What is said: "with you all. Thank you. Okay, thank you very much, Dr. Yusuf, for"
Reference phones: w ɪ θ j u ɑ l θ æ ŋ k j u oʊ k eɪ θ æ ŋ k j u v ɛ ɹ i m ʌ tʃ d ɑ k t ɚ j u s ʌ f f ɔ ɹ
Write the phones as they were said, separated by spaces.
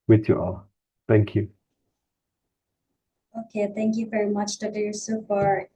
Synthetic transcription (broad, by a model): w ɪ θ j u ɑ l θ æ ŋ k j u oʊ k eɪ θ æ ŋ k j u v ɛ ɹ i m ʌ tʃ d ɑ t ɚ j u s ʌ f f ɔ ɹ